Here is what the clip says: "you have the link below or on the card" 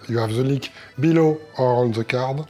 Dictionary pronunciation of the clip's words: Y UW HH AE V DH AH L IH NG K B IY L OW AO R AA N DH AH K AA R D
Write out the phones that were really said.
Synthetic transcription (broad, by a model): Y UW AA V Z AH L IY K B IY L OW AO R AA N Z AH K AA R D